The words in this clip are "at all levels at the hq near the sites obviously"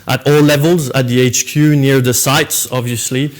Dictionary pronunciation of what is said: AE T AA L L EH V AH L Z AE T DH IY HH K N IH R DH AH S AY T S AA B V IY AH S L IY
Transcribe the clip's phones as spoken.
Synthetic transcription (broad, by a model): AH T AA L L EH V AH L Z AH T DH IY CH K N IH R DH AH S AY T S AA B V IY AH S L IY